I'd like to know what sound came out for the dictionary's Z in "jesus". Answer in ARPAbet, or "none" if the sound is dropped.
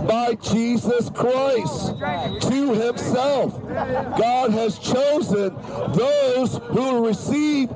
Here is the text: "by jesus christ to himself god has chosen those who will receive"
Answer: Z